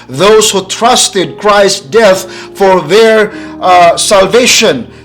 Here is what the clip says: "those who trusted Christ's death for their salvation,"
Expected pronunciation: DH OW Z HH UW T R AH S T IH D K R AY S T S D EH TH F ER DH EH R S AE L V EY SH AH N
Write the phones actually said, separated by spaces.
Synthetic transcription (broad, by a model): DH OW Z HH UW T R AH S T IH D K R AY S S D EH TH F ER DH EH R S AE L V EY SH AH N